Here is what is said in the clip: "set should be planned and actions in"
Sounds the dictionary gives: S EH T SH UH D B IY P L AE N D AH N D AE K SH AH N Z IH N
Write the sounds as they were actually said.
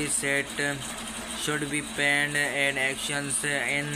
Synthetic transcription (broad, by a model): S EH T SH UH D B IY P AE N D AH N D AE K SH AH N S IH N